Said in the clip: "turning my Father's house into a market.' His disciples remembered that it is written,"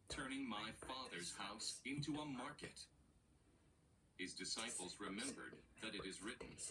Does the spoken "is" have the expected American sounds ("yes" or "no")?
yes